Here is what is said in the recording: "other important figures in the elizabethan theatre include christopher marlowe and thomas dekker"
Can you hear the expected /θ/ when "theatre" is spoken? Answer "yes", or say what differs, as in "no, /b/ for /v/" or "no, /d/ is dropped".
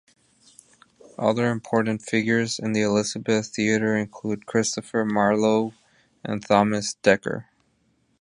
yes